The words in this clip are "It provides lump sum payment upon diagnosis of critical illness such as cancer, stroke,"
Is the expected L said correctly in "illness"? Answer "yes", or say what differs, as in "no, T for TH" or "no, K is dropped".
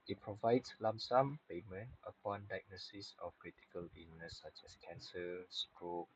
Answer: no, N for L